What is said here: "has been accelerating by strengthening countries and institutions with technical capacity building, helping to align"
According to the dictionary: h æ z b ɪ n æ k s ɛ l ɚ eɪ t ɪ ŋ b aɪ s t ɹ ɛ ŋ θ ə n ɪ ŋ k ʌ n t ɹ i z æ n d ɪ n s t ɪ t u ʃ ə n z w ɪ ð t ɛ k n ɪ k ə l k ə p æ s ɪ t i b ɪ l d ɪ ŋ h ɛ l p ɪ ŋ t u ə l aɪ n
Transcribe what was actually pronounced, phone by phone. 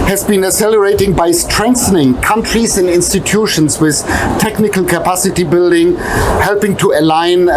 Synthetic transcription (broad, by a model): h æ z b ɪ n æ s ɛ l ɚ eɪ t ɪ ŋ b aɪ s t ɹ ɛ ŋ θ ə n ɪ ŋ k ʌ n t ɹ i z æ n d ɪ n s t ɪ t u ʃ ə n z w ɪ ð t ɛ k n ɪ k ə l k ə p æ s ɪ t i b ɪ l d ɪ ŋ h ɛ l p ɪ ŋ t u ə l aɪ n